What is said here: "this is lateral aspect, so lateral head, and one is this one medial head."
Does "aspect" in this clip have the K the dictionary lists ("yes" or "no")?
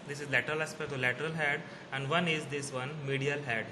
no